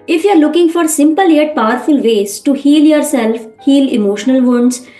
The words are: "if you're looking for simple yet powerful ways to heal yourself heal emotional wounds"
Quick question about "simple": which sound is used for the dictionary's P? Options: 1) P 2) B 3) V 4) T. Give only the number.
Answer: 1